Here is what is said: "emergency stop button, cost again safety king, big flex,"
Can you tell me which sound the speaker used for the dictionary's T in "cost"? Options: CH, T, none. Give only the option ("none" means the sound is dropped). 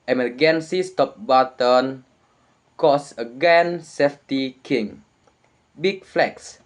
none